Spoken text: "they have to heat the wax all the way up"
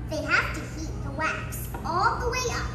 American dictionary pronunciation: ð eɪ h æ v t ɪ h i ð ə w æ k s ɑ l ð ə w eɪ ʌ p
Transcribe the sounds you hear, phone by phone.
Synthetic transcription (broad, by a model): ð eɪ h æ f t ɪ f i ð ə w æ k s ɑ l ð ə w eɪ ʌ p